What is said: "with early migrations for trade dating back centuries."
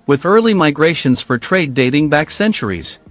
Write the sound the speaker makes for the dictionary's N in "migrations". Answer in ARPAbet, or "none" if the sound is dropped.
N